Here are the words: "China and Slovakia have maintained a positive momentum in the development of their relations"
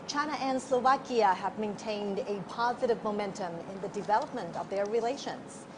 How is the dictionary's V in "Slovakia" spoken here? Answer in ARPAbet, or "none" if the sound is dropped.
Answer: V